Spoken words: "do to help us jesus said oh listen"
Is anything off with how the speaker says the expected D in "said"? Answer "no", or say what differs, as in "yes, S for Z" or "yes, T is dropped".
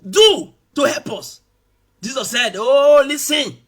no